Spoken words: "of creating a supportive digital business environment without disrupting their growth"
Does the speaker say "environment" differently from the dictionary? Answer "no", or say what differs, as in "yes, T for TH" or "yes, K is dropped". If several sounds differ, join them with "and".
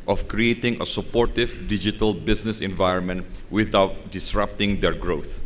no